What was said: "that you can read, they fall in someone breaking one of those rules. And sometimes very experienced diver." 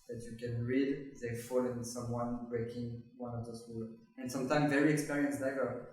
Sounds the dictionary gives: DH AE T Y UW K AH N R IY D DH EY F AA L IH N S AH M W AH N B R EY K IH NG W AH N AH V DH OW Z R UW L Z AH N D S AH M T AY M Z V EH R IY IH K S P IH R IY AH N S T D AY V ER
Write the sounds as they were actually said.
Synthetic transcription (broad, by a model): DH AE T Y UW K AH N R IY D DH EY F AA L IH N S AH M W AH N B R EY K IH NG W AH N AH V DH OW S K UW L AH N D S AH M T AY M V EH R IY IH K S P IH R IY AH N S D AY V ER